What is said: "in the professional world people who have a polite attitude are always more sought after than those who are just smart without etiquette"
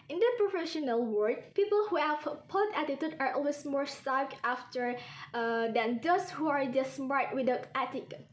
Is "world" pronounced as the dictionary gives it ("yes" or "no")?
no